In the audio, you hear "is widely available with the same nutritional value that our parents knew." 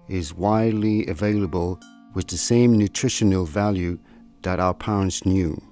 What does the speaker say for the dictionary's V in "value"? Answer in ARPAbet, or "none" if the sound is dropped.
V